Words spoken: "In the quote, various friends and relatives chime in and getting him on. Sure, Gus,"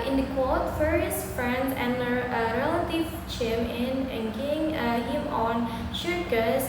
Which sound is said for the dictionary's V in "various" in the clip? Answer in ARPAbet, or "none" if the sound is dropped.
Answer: F